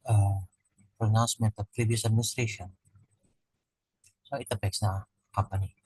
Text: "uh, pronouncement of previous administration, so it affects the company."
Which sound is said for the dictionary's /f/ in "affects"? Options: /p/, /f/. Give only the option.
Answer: /p/